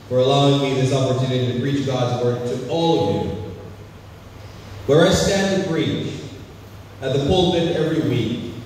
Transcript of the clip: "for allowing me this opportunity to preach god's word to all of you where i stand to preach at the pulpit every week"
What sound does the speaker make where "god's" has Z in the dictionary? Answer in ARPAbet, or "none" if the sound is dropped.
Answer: Z